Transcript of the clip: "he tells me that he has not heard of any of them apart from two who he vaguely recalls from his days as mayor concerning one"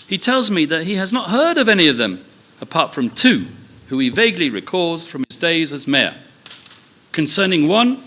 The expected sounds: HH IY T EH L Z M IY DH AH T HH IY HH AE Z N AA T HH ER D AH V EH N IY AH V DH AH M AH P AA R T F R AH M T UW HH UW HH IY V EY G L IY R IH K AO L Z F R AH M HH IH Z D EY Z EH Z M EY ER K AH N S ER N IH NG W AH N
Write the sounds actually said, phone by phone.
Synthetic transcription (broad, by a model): HH IY T EH L Z M IY DH AH T HH IY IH Z N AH T HH ER D AH V EH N IY AH V DH AH M AH P AA R T F R AH M T UW HH UW IY V EY G L IY R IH K AO Z F R AH M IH Z D EY Z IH Z M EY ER K AH N S ER N IH NG W AH N